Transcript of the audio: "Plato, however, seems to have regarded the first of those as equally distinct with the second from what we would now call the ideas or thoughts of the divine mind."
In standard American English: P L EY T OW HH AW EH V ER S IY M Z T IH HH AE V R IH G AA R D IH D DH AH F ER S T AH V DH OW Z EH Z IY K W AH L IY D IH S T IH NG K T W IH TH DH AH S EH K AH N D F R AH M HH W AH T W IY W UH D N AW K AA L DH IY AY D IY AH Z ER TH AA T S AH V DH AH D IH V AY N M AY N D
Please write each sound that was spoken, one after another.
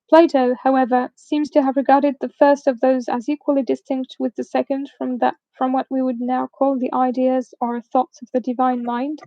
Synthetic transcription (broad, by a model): P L EY T OW HH AW EH V ER S IY M Z T IH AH V R IH G AA R D IH D DH AH F ER S T AH V DH OW Z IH Z IY K W AH L IY D IH S T IH NG K T W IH DH AH S EH K AH N D F R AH M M W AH T W IY W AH D N AW K AA L DH IY AY D IY AH Z ER TH AA T S AH V DH AH D IH V AY N M AY N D